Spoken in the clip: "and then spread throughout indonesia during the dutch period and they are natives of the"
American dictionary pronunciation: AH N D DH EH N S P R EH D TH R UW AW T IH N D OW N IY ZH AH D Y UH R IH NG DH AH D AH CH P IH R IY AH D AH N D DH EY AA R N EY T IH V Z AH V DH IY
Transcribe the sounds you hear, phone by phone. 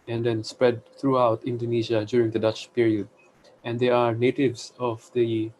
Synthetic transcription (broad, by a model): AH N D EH N S P R EH D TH R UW AW T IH N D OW N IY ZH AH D Y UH R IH NG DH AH D AH CH P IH R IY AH D AH N D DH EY AA R N EY T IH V S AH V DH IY